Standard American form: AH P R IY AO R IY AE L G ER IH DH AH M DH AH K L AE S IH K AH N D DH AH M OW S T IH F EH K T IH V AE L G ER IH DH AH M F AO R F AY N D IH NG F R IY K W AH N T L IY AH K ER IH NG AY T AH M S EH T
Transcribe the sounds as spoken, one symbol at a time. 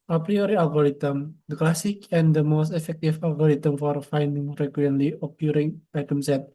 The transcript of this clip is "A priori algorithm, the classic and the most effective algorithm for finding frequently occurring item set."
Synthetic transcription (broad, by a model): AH P R IY AO R IY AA L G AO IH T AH M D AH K L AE S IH K AH N D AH M OW S T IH F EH K T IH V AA L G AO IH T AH M F AO R F AY N D IH NG R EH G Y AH L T L IY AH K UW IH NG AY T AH M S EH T